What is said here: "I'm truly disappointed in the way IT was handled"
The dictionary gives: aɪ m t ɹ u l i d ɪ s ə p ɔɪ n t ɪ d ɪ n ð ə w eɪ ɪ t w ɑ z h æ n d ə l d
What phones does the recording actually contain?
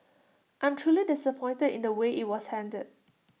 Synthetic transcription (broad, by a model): aɪ m t ɹ u l i d ɪ s ə p ɔɪ n t ɪ d ɪ n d ə w eɪ ɪ t w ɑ s h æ n d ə d